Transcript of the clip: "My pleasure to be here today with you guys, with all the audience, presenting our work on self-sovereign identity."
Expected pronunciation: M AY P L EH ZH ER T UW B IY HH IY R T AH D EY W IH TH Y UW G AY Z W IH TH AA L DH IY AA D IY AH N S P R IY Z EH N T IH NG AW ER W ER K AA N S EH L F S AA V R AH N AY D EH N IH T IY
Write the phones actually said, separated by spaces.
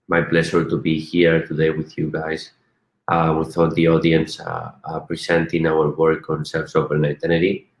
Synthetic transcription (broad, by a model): M AY P L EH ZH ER T UW B IY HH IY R T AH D EY W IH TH Y UW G AY S W IH TH AA L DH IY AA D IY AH N S P R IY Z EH N T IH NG AW ER W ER K AA N S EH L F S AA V AH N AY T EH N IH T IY